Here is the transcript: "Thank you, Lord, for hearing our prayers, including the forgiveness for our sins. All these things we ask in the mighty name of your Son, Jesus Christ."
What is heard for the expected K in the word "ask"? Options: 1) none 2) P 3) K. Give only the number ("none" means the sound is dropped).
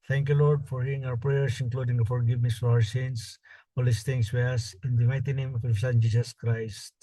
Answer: 1